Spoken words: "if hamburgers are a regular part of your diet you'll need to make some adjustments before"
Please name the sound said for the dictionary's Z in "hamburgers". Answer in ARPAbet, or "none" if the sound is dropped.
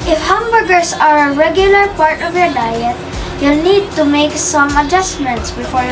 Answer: S